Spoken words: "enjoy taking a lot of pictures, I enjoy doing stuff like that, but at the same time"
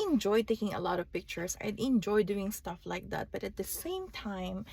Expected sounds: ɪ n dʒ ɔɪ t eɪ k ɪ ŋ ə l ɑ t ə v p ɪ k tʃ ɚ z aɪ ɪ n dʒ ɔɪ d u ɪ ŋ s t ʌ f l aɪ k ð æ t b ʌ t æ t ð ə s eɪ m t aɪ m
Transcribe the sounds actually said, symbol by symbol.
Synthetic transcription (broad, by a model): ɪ n dʒ ɔɪ t eɪ k ɪ ŋ ə l ɑ t ə v p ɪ k tʃ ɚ s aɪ ɪ n dʒ ɔɪ d u ɪ ŋ s t ʌ f l aɪ k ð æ t b ʌ t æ t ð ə s eɪ m t aɪ m